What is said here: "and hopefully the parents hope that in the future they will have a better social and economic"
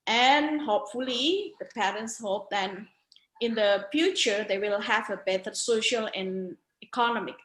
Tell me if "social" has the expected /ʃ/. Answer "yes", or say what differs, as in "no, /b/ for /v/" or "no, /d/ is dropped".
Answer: yes